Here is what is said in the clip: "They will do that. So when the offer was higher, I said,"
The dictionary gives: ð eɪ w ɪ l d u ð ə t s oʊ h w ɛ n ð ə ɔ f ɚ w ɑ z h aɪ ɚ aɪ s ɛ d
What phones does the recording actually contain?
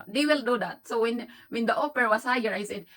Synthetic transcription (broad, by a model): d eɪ w ɪ l d u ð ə t s oʊ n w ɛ n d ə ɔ p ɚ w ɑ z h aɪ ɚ aɪ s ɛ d